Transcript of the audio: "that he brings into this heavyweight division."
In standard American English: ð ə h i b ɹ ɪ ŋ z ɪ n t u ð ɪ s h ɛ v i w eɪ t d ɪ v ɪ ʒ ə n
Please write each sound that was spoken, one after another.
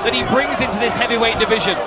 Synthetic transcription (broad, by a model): ð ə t i b ɹ ɪ ŋ z ɪ n t u ð ɪ s h ɛ v i w eɪ t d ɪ v ɪ ʒ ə n